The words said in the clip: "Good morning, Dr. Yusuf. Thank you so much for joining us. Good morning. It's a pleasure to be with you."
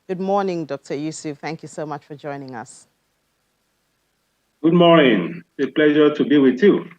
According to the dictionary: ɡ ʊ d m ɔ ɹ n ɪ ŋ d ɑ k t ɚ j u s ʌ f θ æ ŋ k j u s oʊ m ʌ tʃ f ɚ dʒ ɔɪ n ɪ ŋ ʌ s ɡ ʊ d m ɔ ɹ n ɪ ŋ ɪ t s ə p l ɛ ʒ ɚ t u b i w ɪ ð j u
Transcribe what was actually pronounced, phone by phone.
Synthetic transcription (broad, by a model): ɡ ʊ d m ɔ n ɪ ŋ d ɑ k t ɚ j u s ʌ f θ æ ŋ k j u s oʊ m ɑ tʃ f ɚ dʒ ɔɪ n ɪ ŋ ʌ s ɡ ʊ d m ɔ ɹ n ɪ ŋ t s ə p l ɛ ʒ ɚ t u b i w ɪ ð j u